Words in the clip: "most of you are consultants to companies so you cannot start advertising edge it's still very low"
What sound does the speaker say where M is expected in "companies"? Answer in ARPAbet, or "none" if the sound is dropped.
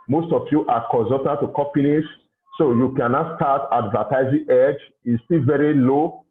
none